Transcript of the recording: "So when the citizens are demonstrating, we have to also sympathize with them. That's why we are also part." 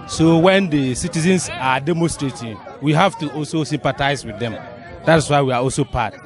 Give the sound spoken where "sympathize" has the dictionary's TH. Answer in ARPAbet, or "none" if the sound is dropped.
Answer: T